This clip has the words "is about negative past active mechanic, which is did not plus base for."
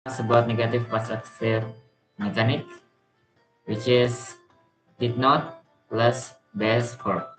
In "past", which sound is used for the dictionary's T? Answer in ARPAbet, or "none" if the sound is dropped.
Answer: none